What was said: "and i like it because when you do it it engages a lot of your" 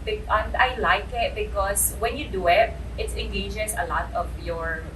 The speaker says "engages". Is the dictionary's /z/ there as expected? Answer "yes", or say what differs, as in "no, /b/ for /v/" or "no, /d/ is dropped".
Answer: no, /s/ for /z/